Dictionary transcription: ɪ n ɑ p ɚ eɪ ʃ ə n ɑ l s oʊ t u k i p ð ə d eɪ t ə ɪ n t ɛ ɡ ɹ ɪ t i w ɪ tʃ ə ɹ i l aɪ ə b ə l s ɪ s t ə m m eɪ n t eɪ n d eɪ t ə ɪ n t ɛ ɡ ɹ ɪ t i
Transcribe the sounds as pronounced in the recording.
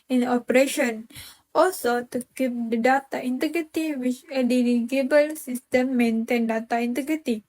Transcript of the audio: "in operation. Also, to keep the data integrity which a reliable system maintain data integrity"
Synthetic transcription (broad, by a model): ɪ n ɑ p ɚ eɪ ʃ ə n ɑ l s oʊ t u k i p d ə d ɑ t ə ɪ n t ɛ ɡ ɹ ɪ t i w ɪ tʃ ə l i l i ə b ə l s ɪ s t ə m m eɪ n t eɪ n d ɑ t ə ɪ n t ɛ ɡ ɹ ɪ t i